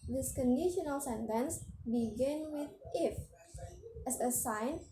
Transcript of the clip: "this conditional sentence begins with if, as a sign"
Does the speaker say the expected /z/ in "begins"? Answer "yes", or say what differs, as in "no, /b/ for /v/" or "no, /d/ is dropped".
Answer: no, /z/ is dropped